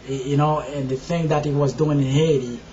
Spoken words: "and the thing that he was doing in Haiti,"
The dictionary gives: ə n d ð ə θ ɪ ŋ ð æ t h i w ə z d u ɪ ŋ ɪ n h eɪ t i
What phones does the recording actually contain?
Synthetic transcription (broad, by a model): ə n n ð ə θ ɪ ŋ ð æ t h i w ə z d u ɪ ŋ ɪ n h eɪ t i